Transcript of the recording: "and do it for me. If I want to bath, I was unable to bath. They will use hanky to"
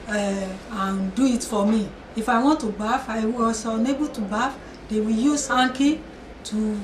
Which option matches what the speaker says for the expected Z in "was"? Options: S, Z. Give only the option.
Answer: S